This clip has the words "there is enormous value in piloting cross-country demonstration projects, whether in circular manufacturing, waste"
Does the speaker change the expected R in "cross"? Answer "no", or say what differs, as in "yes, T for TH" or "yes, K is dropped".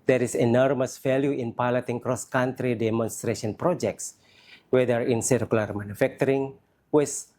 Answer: no